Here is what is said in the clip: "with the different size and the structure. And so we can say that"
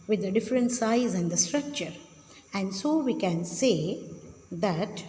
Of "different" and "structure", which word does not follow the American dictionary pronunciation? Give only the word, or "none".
none